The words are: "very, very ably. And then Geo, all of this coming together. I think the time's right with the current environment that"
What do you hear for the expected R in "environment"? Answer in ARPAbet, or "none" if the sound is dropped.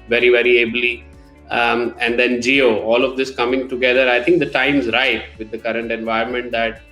none